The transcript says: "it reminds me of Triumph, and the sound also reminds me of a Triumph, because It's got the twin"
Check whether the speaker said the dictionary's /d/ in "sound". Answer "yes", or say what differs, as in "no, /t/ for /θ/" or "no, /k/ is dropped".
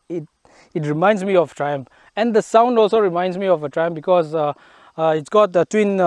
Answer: yes